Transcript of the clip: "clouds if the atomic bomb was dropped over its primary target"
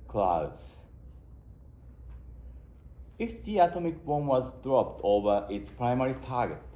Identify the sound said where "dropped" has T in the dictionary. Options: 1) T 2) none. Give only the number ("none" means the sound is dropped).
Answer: 1